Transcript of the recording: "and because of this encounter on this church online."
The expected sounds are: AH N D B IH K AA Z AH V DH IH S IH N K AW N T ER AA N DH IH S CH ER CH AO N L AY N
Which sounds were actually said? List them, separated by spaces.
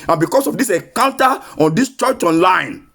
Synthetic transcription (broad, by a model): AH N B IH K AA S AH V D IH S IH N K AW N T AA AA N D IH S CH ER CH AO N L AY N